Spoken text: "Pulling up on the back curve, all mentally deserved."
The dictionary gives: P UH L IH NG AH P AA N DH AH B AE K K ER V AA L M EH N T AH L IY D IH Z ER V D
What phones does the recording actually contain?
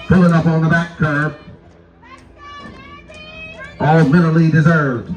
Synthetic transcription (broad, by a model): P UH L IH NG AH P N DH AH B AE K K ER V AA L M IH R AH L IY D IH Z ER V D